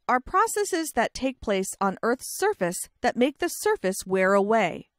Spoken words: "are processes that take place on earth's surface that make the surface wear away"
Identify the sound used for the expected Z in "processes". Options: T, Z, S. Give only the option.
Z